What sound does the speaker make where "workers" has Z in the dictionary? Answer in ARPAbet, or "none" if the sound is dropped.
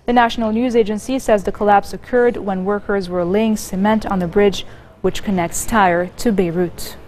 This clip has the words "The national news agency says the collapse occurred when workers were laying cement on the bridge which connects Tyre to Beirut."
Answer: Z